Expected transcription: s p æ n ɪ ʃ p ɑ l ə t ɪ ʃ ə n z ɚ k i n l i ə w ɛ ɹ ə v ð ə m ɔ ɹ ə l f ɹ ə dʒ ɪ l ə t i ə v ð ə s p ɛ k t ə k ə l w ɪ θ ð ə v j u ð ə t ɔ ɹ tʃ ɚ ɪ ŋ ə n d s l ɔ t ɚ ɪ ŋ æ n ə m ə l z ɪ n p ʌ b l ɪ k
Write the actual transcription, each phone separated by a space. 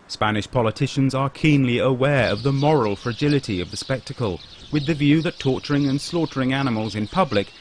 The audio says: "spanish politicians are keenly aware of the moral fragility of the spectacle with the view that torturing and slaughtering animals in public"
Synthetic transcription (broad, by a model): s p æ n ɪ ʃ p ɑ l ə t ɪ ʃ ə n z ɚ k i n l i ə w ɛ ɹ ə v ð ə m ɔ ɹ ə l f ɹ ə dʒ ɪ l ə t i ə v ð ə s p ɛ k t ə k ə l w ɪ ð ə v j u ð ə t ɔ ɹ tʃ ɚ ɪ ŋ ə n s l ɔ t ɚ ɪ ŋ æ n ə m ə l z ɪ n p ʌ b l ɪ k